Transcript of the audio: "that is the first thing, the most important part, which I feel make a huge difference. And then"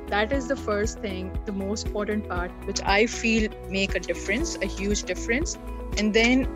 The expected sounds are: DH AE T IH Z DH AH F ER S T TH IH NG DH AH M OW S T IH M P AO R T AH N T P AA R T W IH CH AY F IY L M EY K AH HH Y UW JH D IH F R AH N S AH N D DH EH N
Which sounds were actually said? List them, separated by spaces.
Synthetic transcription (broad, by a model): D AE T IH Z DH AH F ER S T T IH NG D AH M OW S T IH M P AO R T AH N T P AA R T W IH CH AY F IY L M EY K AH HH Y UW JH D IH F R AH N S AH N D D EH N